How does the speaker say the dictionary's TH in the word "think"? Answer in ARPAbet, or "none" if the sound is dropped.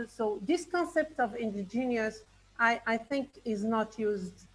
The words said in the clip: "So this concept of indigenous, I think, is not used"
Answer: TH